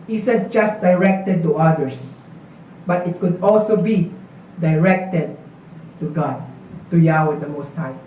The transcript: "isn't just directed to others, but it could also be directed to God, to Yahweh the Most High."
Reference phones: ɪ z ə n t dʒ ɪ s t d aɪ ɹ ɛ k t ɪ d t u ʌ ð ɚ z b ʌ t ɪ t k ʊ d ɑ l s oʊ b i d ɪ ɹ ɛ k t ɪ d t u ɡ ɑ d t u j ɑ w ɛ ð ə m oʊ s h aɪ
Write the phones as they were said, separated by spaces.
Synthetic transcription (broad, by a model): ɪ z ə n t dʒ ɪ s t d aɪ ɹ ɛ k t ɪ d t u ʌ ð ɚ s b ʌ t ɪ t k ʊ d ɑ l s oʊ b i d ɪ ɹ ɛ k t ɪ d t u ɡ ɑ d t u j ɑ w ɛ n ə m oʊ s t aɪ